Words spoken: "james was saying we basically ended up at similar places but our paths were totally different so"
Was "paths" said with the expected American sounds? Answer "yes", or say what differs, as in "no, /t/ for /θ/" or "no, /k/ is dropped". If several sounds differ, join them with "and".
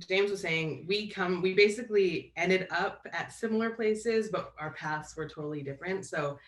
yes